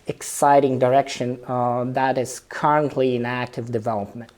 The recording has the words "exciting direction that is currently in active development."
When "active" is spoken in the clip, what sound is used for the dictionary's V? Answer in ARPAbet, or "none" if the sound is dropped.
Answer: V